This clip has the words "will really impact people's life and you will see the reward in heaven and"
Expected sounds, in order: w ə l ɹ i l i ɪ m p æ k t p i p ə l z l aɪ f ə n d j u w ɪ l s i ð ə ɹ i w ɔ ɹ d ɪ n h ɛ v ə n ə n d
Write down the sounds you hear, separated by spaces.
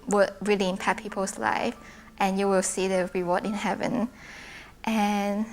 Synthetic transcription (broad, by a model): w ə ɹ i l i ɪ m p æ t p i p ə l s l aɪ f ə n j u w ɪ l s i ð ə ɹ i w ɔ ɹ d ɪ n h ɛ v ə n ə n